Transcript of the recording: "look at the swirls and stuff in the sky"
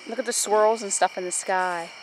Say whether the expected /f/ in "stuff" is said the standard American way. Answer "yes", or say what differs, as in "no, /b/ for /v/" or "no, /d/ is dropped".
yes